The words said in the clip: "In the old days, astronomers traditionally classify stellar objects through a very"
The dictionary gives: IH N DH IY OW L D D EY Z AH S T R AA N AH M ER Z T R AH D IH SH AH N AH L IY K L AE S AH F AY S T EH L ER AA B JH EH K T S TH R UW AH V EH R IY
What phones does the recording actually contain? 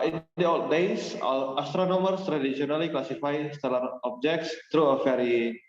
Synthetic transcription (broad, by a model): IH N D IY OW L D D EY S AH S T R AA N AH M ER S T R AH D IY S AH N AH L IY K L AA S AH F AY S T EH L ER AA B JH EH K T S T R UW AH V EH R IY